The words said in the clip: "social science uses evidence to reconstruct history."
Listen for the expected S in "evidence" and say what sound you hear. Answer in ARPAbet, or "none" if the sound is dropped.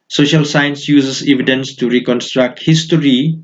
S